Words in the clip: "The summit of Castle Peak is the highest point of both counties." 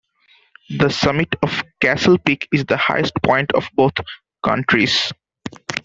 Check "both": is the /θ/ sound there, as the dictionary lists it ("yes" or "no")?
no